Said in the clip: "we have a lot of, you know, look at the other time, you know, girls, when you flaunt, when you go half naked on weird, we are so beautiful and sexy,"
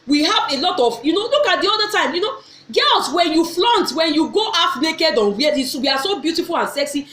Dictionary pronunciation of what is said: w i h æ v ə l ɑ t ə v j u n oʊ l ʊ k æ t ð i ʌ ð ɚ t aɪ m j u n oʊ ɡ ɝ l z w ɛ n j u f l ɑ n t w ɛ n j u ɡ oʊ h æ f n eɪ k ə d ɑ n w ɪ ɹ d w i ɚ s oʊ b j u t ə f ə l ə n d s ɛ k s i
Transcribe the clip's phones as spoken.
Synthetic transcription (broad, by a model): w i h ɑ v ə l ɑ t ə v j u n oʊ l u k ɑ t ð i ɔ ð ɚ t aɪ m j u n oʊ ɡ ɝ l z w ɛ n j u f l ɑ n t w ɛ n j u ɡ oʊ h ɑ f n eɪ k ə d ɑ n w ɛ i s w i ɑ s oʊ b j u t ə f ə l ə n s ɛ k s i